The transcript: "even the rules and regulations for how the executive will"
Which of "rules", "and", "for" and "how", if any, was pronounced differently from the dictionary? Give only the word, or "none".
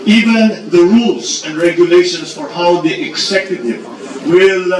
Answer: rules